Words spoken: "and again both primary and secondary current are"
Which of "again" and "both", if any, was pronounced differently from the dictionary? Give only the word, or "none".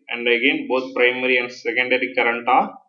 both